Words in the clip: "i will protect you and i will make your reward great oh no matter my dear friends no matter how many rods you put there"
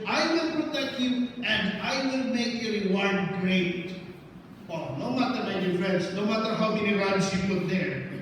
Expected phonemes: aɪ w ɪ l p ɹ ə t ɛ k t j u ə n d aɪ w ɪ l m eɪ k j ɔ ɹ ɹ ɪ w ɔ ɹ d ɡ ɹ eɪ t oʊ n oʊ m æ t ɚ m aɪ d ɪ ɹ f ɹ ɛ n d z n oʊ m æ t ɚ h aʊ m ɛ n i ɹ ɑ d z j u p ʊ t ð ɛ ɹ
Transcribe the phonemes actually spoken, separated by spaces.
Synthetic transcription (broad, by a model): aɪ w ɪ l p ɹ ə t ɛ k t j u ə n d aɪ w ɪ l m eɪ k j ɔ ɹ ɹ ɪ w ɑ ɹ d ɡ ɹ eɪ t oʊ n oʊ m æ t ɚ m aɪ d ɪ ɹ f ɹ ɛ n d s n oʊ m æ t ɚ h aʊ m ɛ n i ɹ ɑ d s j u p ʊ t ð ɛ ɹ